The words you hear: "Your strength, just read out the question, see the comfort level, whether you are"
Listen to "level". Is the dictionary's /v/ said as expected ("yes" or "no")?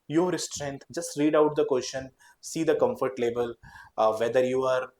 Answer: no